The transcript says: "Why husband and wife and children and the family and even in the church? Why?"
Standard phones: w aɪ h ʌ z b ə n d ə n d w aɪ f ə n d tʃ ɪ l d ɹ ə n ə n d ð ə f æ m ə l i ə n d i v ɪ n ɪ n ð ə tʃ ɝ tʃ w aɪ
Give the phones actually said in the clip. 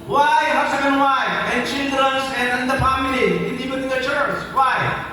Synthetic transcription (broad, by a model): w aɪ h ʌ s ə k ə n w aɪ ə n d tʃ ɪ l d ɹ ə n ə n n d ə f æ m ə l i ə n d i p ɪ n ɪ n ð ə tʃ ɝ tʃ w aɪ